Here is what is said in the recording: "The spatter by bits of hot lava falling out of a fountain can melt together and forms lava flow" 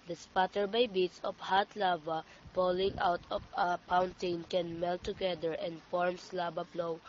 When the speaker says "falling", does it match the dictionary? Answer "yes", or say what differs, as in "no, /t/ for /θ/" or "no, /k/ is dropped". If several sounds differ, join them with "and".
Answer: no, /p/ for /f/